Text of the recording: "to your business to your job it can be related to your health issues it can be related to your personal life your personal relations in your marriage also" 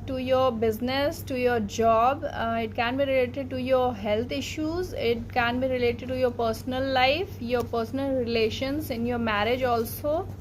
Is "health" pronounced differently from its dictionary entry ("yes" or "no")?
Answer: yes